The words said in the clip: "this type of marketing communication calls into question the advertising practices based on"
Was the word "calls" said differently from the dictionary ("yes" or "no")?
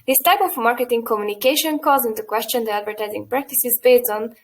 yes